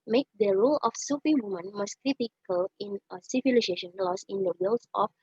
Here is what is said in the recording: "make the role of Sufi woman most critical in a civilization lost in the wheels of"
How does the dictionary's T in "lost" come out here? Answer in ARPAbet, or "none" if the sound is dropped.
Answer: none